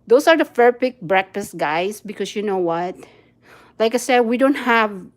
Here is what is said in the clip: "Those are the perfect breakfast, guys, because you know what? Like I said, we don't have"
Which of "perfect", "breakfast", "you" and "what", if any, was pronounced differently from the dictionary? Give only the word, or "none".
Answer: perfect